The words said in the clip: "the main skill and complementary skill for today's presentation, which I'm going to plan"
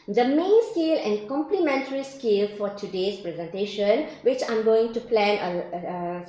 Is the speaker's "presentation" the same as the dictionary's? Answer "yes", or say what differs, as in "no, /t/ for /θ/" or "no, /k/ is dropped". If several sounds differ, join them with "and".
yes